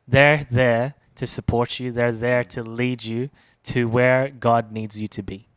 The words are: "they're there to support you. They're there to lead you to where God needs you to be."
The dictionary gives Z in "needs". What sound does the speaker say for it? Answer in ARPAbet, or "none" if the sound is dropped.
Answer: Z